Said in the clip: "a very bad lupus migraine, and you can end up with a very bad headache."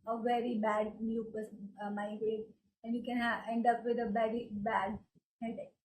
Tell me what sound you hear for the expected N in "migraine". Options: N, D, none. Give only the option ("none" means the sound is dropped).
none